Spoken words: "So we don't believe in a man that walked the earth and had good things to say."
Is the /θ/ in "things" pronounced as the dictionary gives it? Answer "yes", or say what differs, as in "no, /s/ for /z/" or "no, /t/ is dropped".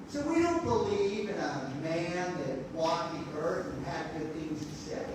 yes